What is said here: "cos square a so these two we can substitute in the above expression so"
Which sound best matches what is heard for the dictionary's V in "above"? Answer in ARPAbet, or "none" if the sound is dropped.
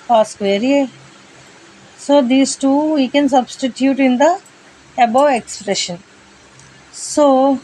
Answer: none